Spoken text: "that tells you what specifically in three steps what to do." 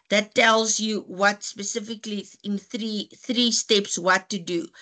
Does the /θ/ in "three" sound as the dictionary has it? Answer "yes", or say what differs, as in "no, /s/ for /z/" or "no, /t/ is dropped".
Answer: yes